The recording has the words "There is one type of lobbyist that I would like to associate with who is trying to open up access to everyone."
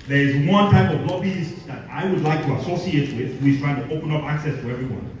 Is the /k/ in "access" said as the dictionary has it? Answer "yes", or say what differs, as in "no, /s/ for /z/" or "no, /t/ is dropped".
yes